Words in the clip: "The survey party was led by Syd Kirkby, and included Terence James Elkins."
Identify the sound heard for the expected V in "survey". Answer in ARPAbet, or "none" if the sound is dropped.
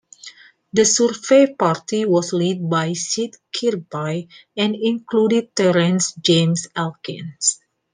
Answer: F